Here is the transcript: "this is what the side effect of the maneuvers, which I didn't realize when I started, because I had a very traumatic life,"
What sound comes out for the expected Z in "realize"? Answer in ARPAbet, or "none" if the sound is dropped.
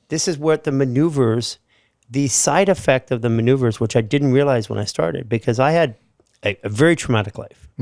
Z